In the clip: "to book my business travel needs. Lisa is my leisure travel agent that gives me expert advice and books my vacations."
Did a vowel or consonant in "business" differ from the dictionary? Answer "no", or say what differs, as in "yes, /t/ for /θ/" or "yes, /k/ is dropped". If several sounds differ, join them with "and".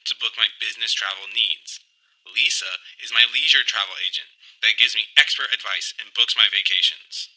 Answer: no